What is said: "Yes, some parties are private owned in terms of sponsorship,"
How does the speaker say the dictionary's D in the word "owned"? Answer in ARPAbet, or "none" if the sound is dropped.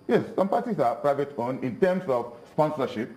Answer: none